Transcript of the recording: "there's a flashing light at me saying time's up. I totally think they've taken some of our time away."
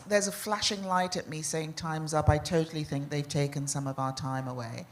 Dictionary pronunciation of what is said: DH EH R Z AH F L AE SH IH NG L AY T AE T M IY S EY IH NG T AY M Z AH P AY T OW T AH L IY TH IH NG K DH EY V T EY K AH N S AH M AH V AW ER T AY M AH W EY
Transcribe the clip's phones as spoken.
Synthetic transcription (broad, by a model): DH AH R Z AH F L AE SH IH NG L AY T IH T M IY S EY IH NG T AY M Z AH P AY T OW T L IY TH IH NG K DH EY V T EY K AH N S AH M AH V AW ER T AY M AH W EY